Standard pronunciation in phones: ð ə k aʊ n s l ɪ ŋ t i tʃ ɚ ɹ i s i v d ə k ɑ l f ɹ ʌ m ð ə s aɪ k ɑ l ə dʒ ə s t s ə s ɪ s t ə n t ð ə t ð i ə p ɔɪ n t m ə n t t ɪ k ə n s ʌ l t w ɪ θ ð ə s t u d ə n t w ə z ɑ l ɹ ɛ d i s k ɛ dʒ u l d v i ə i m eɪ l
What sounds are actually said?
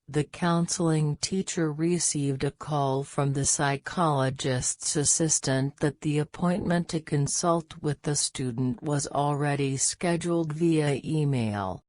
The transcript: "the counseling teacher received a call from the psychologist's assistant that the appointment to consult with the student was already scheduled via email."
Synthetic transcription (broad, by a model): ð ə k aʊ n s l ɪ ŋ t i tʃ ɚ ɹ i s i v d ə k ɑ l f ɹ ʌ m ð ə s aɪ k ɑ l ə dʒ ə s t s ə s ɪ s t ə n ð ə t ð i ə p ɔɪ n m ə n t t ɪ k ə n s ʌ l t w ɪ ð ə s t u d n t w ə z l ɹ ɛ d i s k ɛ dʒ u l d v i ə i m eɪ l